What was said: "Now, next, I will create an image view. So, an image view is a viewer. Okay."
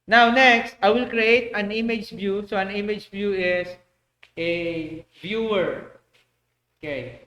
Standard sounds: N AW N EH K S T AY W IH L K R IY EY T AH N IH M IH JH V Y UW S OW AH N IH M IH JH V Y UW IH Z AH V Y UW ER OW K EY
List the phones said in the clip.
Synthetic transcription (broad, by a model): N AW N EH K S T AY W IH L K R IY EY T AH N IH M IH JH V Y UW S OW AH N IH M IH JH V Y UW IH S AH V Y UW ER OW K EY